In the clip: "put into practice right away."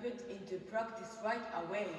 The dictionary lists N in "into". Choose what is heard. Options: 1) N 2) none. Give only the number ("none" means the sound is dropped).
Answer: 1